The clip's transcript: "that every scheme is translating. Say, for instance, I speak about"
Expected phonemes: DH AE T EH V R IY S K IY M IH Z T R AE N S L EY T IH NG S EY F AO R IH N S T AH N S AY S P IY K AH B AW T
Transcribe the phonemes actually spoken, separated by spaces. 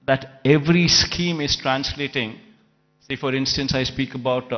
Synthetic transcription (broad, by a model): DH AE T EH V R IY S K IY M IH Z T R AE N S L EY T IH NG S EY F AO R IH N S T AH N S AY S P IY K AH B AW T